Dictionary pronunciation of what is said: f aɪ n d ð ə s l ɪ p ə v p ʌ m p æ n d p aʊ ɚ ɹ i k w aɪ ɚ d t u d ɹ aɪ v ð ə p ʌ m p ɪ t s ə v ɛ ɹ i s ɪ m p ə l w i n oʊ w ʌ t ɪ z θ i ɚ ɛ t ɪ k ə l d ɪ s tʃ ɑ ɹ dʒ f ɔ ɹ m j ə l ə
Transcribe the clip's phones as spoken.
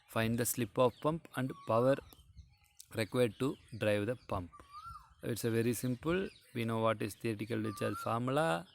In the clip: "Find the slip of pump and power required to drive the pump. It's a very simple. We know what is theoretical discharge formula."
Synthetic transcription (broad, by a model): f aɪ n d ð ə s l ɪ p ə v p ʌ m p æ n d p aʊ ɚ ɹ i k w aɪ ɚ d t u d ɹ aɪ v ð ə p ʌ m p ɪ t s ə v ɛ ɹ i s ɪ m p ə l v i n oʊ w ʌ t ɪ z t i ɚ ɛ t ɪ k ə l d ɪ tʃ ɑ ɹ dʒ f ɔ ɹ m l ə